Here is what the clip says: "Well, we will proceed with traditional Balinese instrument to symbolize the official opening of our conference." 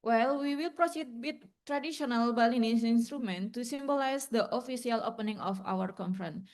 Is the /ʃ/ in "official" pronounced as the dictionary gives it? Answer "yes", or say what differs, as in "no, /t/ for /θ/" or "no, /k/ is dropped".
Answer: no, /s/ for /ʃ/